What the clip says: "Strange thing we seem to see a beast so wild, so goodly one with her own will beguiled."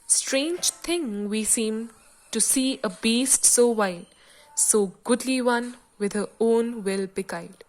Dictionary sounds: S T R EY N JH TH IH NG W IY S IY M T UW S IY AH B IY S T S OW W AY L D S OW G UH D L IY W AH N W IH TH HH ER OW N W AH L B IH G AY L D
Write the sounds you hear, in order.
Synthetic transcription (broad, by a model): S T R EY N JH T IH NG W IY S IY M T UW S IY AH B IY S T S OW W AY D S OW G UH D L IY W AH N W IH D HH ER OW N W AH L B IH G AY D